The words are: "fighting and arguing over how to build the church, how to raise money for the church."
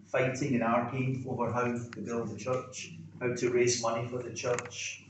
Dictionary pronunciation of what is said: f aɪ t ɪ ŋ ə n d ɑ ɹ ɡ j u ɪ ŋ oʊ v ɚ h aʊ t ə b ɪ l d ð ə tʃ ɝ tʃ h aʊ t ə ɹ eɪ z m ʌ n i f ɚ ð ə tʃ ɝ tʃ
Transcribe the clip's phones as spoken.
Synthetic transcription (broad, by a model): f aɪ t ɪ ŋ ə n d ɑ ɹ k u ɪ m oʊ v ɚ h aʊ t ə b ɪ l d ð ə tʃ ɝ tʃ h aʊ t ə ɹ eɪ z m ʌ n i f ɚ ð ə tʃ ɝ tʃ